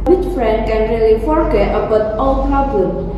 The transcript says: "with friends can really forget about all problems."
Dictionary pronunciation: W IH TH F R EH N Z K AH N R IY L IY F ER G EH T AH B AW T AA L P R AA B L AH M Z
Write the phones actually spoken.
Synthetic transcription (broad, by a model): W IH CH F R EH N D K AH N R IY L IY F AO G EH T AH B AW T AA L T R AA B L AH